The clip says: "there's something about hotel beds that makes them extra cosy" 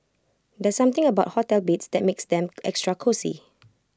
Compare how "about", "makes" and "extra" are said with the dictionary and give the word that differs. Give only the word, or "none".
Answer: none